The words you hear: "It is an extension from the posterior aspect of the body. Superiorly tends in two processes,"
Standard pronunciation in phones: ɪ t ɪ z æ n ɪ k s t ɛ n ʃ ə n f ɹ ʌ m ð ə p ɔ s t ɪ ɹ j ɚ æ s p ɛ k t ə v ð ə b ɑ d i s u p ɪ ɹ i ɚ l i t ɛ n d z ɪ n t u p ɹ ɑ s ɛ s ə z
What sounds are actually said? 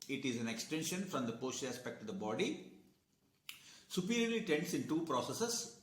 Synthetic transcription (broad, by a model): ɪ t ɪ z æ n ɪ k s t ɛ n ʃ ə n f ɹ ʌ m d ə p ɔ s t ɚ æ s p ɛ k t ə v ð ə b ɑ d i s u p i ɹ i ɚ l i t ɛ n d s ɪ n t u p ɹ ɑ s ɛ s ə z